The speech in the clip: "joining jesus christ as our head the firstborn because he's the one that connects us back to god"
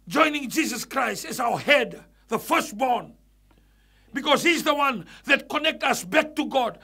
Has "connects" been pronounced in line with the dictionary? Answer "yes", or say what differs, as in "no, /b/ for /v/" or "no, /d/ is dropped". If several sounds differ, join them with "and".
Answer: no, /s/ is dropped